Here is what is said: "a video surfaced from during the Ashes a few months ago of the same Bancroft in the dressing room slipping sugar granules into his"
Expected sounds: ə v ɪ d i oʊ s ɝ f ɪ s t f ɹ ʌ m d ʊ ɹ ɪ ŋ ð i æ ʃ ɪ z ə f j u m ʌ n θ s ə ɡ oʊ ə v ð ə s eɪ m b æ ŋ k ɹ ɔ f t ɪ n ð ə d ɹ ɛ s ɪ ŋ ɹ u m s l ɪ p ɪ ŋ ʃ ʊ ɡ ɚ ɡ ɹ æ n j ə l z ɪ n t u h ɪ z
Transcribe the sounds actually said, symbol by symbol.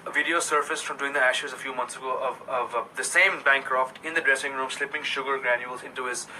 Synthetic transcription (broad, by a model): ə v ɪ d i oʊ s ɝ f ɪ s f ɹ ʌ m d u ɪ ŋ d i æ ʃ ɪ z ə f j u m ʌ n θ s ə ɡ oʊ ə v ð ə s eɪ m b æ ŋ k ɹ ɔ f t ɪ n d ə d ɹ ɛ s ɪ ŋ ɹ u m s l ɪ p ɪ ŋ ʃ ʊ ɡ ɚ ɡ ɹ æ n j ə l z ɪ n t u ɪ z